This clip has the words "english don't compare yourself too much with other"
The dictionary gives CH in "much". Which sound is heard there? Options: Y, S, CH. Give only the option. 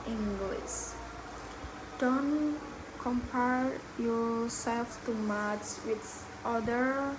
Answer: S